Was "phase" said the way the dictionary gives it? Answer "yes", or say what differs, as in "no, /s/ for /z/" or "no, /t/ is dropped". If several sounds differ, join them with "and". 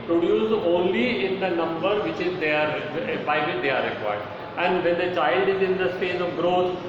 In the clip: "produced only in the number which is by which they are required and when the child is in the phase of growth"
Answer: no, /p/ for /f/ and /s/ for /z/